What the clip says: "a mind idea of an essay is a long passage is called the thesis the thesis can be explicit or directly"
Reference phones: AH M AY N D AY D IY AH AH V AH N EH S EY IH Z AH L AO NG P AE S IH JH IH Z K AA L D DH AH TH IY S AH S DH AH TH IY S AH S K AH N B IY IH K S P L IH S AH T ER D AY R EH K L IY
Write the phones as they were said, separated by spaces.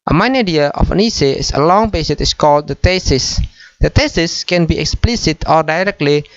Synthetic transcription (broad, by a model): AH M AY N AY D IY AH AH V AH N EH S EY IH S AH L AO NG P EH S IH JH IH S K AA L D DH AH T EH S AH S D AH T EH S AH S K AH N B IY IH K S P L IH S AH T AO D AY R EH K L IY